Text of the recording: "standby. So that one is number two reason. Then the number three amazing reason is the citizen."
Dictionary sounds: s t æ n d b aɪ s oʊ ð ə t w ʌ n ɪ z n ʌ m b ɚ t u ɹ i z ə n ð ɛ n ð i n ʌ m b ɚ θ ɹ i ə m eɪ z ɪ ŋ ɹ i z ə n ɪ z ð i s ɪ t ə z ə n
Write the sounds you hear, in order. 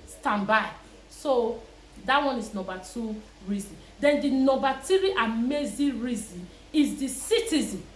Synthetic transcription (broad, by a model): s t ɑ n b aɪ s oʊ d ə t w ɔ n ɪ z n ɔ m b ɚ t u ɹ i z ə n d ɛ n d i n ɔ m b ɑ t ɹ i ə m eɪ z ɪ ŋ ɹ i z ə n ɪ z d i s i t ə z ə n